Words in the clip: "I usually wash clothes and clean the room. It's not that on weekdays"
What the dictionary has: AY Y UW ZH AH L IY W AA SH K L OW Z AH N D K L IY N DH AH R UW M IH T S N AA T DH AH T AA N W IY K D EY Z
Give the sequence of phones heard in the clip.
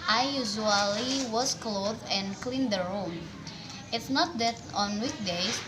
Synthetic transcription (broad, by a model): AY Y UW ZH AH L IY W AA S K L OW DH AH N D K L IY N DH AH R UW M IH T S N AA T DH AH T AA N W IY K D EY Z